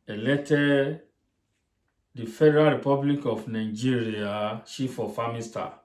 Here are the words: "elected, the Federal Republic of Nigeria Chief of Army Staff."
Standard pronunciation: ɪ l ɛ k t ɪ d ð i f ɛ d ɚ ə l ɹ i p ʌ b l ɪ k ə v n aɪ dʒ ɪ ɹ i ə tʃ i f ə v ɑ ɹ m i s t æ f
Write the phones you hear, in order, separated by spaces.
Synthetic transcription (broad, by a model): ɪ l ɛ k t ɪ d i f ɛ d ɚ ə l ɹ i p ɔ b l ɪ k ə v n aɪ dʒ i ɹ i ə ʃ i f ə f ɑ m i s t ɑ